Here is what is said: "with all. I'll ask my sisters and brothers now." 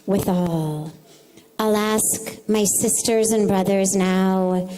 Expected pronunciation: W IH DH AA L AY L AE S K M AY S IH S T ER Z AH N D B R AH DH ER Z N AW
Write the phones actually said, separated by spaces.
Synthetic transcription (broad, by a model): W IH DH AA L AY L AE S K M AY S IH S T ER Z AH N B R AH DH ER Z N AW